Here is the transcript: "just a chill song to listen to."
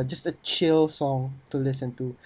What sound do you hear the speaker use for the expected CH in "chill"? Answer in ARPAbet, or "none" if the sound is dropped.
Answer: CH